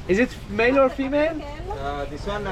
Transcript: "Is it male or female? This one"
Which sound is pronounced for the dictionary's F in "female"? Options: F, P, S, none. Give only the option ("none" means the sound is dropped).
F